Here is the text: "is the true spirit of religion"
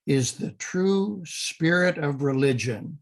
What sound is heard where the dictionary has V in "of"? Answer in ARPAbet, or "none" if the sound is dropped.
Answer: V